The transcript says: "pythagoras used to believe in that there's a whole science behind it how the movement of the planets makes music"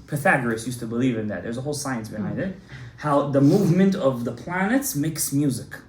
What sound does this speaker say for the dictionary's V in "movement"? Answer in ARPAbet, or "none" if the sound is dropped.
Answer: V